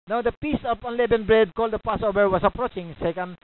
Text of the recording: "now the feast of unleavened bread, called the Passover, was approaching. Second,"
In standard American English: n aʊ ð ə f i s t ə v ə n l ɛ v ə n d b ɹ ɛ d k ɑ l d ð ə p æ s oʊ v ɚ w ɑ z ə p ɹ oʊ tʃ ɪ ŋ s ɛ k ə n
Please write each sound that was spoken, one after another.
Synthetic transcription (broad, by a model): n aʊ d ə p i s ə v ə n l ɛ b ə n b ɹ ɛ d k ɑ l d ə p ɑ s oʊ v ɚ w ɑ s ə p ɹ oʊ tʃ ɪ ŋ s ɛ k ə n